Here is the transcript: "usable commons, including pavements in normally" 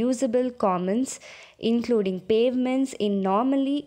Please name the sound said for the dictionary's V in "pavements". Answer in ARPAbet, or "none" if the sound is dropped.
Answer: V